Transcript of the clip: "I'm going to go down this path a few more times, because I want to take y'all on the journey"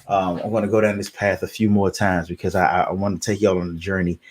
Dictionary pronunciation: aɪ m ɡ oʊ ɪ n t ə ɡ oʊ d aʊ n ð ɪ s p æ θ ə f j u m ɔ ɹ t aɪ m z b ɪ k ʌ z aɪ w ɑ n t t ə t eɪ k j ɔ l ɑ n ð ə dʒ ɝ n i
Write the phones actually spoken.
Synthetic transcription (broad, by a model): aɪ m ɡ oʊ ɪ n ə ɡ oʊ d aʊ n ð ɪ s p æ θ ə f j u m ɔ ɹ t aɪ m z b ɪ k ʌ z aɪ w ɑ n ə t eɪ k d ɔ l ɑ n ð ə dʒ ɝ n i